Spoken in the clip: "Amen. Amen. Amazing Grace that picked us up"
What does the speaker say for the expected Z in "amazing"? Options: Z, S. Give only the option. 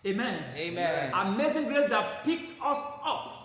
S